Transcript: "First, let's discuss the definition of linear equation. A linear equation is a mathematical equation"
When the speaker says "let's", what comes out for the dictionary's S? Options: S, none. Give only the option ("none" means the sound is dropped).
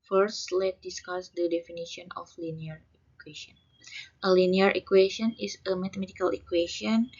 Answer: none